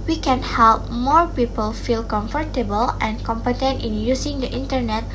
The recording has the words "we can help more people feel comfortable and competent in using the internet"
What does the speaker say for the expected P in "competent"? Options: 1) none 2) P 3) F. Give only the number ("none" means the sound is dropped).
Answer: 2